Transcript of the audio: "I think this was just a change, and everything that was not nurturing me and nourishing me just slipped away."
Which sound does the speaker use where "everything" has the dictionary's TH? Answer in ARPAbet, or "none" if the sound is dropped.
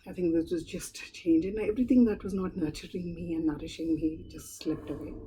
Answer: T